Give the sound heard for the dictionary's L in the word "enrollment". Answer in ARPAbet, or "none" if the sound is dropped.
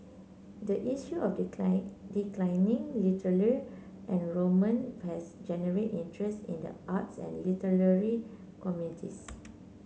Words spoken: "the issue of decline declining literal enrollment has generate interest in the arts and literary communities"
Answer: none